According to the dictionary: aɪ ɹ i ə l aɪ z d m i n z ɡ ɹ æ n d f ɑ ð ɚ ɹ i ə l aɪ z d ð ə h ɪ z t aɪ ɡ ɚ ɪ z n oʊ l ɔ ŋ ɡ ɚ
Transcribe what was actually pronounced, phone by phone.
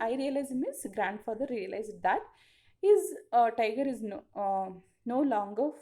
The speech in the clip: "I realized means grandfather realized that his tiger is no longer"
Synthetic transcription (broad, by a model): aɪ ɹ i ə l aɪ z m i z ɡ ɹ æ n d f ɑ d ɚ ɹ i ə l aɪ z d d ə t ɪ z t aɪ ɡ ɚ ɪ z n oʊ l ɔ ŋ ɡ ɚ